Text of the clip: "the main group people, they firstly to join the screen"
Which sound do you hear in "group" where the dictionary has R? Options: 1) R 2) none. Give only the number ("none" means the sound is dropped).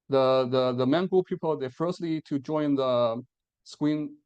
2